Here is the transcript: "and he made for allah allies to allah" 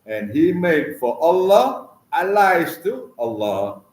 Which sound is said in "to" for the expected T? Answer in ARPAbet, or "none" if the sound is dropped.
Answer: T